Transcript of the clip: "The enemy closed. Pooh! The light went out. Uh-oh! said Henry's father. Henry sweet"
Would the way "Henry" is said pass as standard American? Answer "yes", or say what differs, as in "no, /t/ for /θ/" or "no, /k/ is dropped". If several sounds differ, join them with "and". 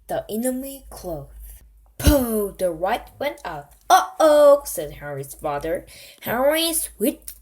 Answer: no, /n/ is dropped